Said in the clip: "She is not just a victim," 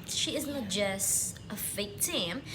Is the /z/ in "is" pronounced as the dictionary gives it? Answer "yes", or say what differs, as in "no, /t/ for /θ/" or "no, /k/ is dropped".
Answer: yes